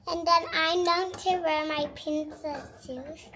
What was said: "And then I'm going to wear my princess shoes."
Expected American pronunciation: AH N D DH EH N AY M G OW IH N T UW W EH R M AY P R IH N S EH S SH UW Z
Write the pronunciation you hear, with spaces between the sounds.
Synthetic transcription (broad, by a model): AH N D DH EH N AY M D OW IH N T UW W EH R M AY P IH N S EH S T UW